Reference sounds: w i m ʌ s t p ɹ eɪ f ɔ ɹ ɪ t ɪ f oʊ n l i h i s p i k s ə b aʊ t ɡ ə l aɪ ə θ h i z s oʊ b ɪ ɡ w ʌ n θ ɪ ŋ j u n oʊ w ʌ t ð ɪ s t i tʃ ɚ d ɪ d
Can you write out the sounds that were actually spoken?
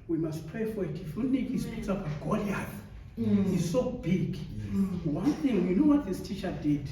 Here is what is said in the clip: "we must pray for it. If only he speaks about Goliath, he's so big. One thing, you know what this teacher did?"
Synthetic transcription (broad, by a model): w i m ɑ s t p ɹ eɪ f ɔ ɹ ɪ t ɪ f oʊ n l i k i s p i k s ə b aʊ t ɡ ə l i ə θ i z s oʊ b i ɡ w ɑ n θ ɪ ŋ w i n oʊ w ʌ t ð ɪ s t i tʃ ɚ d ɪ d